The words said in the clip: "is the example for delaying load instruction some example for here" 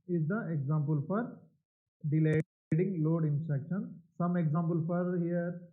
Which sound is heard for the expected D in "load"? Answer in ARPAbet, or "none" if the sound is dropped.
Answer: D